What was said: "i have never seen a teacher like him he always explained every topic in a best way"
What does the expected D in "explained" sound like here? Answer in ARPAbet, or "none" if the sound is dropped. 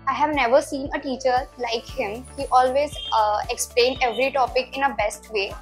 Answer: D